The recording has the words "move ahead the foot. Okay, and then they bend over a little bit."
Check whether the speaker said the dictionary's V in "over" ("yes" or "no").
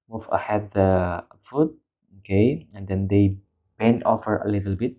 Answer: no